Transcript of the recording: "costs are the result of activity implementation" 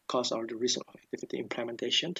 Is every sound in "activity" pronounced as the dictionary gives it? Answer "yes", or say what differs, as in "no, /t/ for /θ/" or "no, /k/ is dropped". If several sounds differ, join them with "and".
no, /f/ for /v/